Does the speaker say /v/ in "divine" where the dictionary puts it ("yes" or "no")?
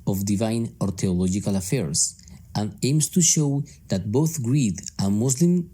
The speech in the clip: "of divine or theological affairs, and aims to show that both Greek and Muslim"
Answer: yes